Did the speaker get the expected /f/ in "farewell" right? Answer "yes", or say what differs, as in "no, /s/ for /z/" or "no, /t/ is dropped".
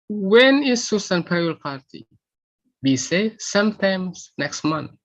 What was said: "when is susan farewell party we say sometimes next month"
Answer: no, /p/ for /f/